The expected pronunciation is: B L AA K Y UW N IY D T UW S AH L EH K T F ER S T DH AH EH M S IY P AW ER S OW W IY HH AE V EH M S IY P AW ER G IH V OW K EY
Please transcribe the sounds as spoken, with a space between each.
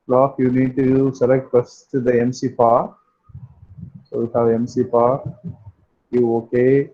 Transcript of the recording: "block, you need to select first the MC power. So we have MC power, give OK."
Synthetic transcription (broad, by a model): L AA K Y UW N IY D T UW S AH L EH K T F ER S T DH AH EH M S IY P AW S OW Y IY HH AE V EH M S IY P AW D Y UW OW K EY